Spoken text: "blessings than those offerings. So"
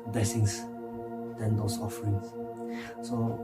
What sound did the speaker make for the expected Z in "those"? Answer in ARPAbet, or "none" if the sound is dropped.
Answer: S